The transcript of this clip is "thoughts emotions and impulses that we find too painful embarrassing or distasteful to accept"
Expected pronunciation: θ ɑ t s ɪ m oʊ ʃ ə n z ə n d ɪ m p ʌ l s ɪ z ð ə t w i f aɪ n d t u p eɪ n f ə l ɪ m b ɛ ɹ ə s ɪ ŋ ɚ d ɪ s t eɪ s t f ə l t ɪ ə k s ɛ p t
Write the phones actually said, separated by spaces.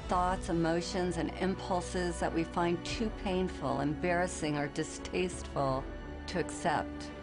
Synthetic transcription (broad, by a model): θ ɑ t s ɪ m oʊ ʃ ə n z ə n ɪ m p ʌ l s ɪ z ð ə t w i f aɪ n t u p eɪ n f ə l ɪ m b ɛ ɹ ə s ɪ ŋ ɚ d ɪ s t eɪ s t f l t ɪ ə k s ɛ p t